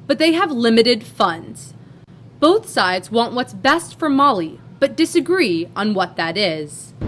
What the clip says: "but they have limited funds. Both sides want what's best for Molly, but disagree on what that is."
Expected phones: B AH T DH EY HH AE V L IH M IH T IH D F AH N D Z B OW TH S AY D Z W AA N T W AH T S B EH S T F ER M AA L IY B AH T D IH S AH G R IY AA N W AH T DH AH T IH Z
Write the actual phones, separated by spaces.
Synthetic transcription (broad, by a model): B AH T DH EY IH V L IH M IH T IH D F AH N D Z B OW TH S AY D Z W AA N T W AH T S B EH S T F ER M AA L IY B AH T D IH S AH G R IY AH N W AH T DH AH T IH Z